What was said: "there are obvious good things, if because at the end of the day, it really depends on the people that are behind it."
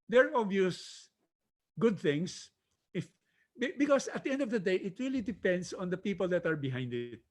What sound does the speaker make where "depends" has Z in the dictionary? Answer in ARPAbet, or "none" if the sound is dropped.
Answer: S